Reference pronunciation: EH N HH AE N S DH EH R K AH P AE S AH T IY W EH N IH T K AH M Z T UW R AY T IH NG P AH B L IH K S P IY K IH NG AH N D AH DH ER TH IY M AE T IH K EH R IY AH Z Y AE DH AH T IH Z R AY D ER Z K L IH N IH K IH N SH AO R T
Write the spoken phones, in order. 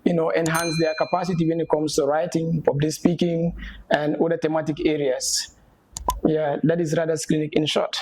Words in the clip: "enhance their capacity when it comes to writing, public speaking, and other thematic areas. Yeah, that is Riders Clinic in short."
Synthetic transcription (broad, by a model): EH N HH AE N S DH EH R K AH P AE S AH T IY W EH N IH T K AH M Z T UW R AY T IH NG F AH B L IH S P IY K IH NG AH N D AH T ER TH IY M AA T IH K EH R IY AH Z Y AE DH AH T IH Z R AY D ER S K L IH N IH K IH N SH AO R T